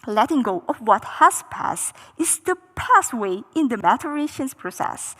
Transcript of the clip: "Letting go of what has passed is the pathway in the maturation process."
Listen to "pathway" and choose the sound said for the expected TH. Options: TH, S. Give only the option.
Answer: S